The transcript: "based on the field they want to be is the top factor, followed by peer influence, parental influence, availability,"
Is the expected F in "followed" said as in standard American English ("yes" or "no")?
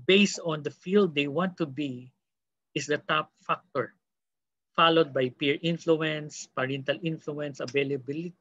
yes